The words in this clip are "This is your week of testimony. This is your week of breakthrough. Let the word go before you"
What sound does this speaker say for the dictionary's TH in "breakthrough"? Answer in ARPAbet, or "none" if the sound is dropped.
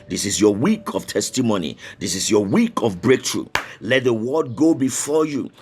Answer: T